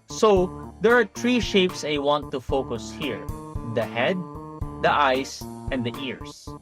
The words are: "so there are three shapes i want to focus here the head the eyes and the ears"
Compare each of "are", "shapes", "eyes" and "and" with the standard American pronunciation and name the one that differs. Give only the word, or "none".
eyes